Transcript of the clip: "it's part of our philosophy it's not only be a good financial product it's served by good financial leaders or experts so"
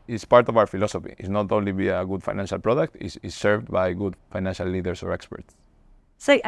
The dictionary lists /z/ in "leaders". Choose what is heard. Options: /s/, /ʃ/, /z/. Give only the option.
/s/